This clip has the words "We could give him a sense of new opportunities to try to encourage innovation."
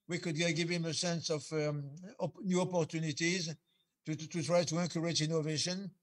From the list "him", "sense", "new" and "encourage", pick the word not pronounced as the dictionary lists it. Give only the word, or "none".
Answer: encourage